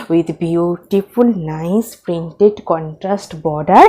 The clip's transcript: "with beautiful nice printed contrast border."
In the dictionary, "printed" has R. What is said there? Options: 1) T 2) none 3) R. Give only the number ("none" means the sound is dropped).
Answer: 3